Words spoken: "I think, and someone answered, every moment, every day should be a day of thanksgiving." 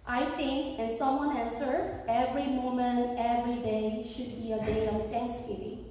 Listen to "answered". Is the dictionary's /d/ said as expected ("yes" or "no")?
no